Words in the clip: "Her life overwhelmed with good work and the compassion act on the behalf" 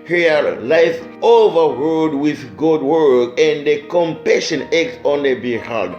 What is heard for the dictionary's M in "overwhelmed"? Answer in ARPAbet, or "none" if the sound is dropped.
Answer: none